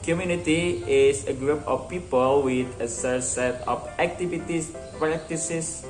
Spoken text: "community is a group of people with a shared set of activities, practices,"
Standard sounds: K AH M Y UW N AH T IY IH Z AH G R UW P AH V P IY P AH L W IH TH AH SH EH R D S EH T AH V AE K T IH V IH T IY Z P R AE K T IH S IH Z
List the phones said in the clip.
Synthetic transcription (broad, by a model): K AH M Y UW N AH T IY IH S AH G R UW P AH F P IY P AH L W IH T AH S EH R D S EH T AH F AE K T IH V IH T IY S P R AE K T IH S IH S